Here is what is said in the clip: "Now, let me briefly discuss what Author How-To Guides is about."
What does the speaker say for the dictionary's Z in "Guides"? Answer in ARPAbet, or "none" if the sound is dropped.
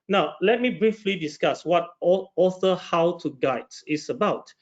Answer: none